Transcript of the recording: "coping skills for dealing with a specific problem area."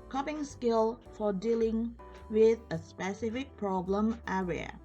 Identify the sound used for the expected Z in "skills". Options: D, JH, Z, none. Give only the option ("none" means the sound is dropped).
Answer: none